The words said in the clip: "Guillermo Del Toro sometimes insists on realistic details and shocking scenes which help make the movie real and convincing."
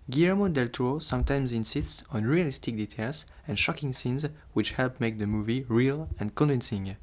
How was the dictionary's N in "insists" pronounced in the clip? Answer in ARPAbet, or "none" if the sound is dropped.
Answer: N